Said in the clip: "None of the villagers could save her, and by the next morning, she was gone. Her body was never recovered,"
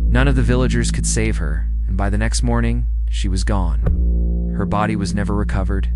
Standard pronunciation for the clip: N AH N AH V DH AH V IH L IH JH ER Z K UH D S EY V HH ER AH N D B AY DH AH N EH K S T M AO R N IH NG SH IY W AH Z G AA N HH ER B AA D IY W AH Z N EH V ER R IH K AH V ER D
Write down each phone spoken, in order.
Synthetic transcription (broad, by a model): N AH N AH V DH AH V IH L IH JH ER Z K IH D S EY V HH ER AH N B AY DH AH N EH K S T M AO R N IH NG SH IY W AH Z G AA N HH ER B AA D IY W AH Z N EH V ER R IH K AH V ER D